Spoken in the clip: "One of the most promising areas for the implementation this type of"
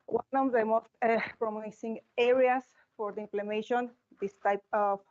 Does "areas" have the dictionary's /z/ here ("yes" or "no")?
no